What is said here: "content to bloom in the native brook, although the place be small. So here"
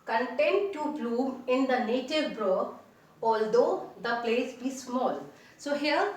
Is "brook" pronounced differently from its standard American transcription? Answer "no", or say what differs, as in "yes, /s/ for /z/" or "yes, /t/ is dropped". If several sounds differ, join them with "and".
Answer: yes, /k/ is dropped